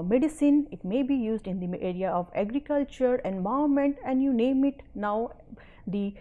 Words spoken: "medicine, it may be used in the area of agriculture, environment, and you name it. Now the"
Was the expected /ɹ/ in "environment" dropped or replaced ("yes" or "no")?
yes